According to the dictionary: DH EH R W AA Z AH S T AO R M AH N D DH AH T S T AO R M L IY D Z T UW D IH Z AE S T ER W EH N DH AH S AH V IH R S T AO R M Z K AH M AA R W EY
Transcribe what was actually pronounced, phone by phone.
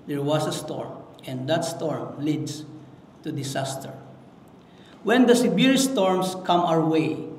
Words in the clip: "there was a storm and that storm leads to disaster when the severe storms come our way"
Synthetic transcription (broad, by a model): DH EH R W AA S AH S T AO R M AH N D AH T S T AO R M L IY D S T UW D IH S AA S T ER W EH N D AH S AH B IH R S T AO R M S K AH M AA R W EY